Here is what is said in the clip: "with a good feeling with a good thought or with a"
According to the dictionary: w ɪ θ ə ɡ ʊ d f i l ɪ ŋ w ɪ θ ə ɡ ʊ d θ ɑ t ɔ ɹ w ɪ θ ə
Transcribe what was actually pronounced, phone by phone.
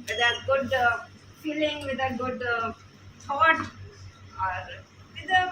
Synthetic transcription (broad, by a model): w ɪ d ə ɡ ʊ d f i l ɪ ŋ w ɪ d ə ɡ ʊ d s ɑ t ɔ ɹ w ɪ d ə